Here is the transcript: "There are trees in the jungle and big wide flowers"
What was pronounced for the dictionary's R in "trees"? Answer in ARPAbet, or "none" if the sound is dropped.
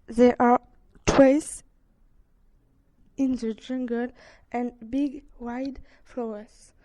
W